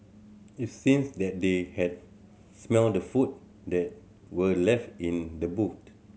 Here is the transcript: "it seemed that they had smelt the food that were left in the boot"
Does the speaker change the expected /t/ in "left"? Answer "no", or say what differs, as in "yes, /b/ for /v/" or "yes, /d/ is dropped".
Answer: no